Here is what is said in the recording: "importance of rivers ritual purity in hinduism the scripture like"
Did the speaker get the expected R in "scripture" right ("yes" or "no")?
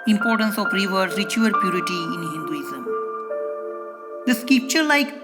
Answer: no